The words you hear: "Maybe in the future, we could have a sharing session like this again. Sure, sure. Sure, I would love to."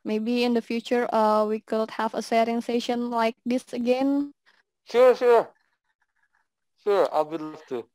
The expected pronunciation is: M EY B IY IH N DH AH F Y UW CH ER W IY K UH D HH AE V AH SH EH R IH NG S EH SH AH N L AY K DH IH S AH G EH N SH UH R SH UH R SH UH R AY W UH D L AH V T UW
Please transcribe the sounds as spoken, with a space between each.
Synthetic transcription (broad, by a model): M EY B IY IH N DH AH F Y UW CH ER W IY K UH D HH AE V AH S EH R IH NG S EH SH AH N L AY K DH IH S AH G EH N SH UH R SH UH R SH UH R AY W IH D L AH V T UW